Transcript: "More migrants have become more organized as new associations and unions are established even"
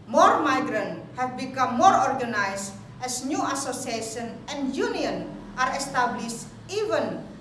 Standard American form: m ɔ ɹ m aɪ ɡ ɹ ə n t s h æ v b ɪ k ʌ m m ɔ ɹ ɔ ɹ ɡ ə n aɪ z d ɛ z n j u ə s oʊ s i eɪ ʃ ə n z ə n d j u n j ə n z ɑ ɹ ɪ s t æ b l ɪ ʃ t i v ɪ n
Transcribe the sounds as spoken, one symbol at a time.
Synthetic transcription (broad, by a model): m ɔ ɹ m aɪ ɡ ɹ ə n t h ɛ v b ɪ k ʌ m m ɔ ɹ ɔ ɹ ɡ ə n aɪ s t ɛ s n j u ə s oʊ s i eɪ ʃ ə n ə n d j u n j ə n ɑ ɹ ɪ s t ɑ b l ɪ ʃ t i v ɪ n